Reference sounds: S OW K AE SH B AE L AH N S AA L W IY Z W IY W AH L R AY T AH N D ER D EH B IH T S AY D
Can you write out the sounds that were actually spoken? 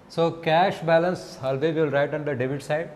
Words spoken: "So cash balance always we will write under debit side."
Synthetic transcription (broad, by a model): S OW K AE SH B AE L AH N S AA L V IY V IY L R AY T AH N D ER D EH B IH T S AY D